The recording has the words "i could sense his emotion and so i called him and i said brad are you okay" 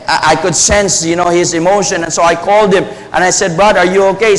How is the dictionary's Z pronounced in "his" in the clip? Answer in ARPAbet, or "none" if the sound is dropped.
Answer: Z